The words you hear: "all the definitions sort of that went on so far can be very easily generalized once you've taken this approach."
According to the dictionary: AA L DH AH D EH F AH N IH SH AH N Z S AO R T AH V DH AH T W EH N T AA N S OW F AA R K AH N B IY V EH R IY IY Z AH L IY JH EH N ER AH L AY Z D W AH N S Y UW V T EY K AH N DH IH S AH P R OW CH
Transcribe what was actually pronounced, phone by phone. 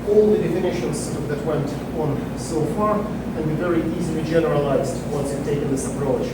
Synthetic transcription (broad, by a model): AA L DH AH D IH F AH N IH SH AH N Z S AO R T AH V DH AH T W EH N T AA N S OW F AA R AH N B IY V EH R IY IY Z AH L IY JH EH N ER AH L AY Z D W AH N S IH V T EY K AH N DH IH S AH P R OW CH